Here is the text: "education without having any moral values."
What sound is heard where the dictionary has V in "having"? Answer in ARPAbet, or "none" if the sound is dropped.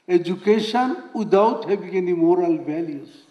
B